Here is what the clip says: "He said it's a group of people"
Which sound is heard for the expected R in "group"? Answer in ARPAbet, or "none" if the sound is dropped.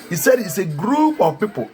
R